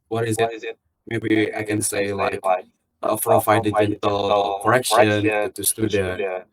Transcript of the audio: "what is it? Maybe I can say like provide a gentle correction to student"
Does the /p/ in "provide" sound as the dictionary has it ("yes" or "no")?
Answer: no